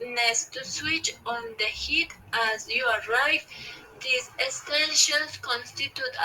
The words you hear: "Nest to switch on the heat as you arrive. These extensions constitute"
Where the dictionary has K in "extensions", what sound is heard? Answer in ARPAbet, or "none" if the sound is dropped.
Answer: none